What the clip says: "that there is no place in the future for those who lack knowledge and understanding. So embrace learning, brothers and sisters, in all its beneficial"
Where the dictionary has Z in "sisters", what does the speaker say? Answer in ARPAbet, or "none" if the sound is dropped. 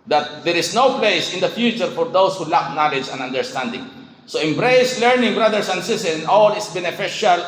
none